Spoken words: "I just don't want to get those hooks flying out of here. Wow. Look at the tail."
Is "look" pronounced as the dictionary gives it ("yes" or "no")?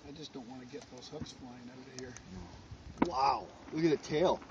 no